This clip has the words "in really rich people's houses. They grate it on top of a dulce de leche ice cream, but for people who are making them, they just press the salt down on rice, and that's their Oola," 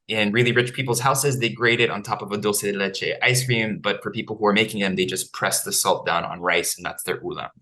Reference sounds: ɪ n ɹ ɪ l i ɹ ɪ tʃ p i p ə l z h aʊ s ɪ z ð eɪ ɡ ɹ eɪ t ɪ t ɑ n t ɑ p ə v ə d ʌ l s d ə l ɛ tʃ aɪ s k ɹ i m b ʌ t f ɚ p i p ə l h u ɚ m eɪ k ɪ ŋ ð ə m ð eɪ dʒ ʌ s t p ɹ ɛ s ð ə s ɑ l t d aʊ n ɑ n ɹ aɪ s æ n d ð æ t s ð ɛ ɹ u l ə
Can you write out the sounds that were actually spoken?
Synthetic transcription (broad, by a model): ɪ n ɹ ɪ l i ɹ ɪ tʃ p i p l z h aʊ s ɪ z ð eɪ ɡ ɹ eɪ t ɪ t n t ɑ p ə v ə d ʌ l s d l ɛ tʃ aɪ s k ɹ i m b ʌ t f ɚ p i p l h u ɚ m eɪ k ɪ ŋ ð ə m ð eɪ dʒ ʌ s p ɹ ɛ s ð ə s ɑ l t d aʊ n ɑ n ɹ aɪ s n ð æ t s ð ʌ ɹ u l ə